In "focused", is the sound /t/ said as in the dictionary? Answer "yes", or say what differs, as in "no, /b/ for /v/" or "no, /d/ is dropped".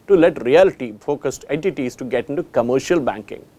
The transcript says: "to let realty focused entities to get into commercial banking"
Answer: yes